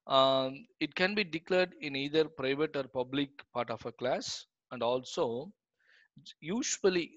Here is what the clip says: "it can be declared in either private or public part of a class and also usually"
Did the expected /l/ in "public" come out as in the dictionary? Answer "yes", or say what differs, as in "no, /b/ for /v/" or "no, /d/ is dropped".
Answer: yes